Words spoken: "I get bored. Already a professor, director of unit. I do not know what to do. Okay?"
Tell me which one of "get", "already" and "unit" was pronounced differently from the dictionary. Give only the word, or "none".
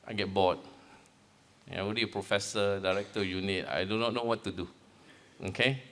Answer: already